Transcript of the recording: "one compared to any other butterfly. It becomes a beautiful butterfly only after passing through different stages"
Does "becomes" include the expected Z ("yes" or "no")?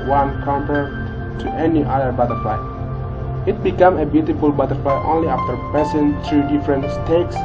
no